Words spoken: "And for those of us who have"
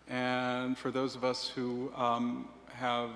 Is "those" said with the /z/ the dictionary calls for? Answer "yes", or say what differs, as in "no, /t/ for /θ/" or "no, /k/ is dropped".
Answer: yes